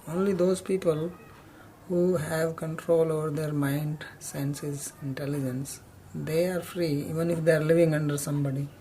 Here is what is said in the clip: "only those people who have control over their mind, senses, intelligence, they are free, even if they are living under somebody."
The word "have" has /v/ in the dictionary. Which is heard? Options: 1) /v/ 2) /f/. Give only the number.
1